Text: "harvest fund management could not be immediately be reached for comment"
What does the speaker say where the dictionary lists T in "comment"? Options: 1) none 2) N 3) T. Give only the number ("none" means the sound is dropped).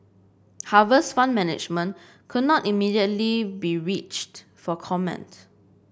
3